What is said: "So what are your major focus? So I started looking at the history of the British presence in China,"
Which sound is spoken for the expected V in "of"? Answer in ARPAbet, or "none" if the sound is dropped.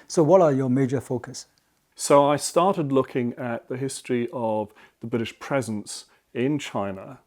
V